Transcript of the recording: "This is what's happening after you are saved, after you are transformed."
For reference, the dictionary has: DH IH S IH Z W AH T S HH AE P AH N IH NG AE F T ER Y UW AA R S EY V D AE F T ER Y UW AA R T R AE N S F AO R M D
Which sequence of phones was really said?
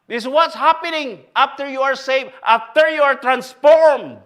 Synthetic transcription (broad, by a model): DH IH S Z W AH T S HH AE P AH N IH NG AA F T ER Y UW AA R S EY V AA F T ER Y UW AA R T R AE N S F AO R M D